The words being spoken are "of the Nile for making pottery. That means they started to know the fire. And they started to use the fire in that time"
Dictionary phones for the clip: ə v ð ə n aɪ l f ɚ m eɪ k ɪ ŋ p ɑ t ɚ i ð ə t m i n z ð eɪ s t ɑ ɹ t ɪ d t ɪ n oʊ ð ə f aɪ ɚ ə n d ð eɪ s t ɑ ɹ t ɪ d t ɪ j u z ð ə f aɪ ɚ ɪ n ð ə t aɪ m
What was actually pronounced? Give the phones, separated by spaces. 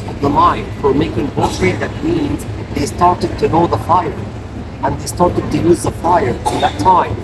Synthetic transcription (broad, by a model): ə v ð ə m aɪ n f ɚ m eɪ k ɪ ŋ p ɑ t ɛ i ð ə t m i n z ð eɪ s t ɑ ɹ t ɪ d t ɪ n oʊ ð ə f aɪ ɚ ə n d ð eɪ s t ɑ ɹ t ɪ d t ɪ j u z ð ə f aɪ ɚ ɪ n ð ə t aɪ m